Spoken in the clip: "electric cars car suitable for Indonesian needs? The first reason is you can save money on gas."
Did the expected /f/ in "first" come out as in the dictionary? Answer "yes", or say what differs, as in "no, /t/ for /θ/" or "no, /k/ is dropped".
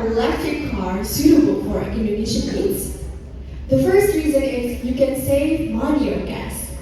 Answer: yes